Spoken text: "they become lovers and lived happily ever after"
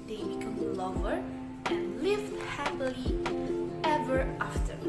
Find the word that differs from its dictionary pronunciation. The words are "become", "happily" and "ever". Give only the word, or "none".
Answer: none